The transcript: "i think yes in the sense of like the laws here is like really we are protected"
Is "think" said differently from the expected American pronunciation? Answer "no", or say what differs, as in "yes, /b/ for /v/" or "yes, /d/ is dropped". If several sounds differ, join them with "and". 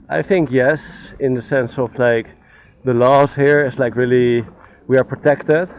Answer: no